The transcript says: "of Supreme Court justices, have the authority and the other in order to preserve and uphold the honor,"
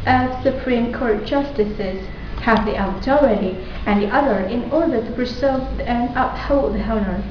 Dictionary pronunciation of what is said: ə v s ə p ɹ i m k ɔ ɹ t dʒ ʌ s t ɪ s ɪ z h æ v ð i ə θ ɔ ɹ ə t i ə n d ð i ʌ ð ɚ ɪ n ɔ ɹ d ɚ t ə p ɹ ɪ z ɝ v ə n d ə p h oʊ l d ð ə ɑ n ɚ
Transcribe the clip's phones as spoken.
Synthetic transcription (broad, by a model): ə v s ə p ɹ i m k ɔ ɹ t dʒ ʌ s t ɪ s ɪ z h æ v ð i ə t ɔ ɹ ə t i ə n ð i ʌ ð ɚ ɪ n ɔ ɹ d ɚ t ə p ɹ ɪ s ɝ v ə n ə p h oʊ l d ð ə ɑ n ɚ